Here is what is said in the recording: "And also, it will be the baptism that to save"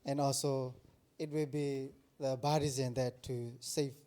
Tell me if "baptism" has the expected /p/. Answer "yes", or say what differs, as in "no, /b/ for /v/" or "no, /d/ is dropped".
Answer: no, /p/ is dropped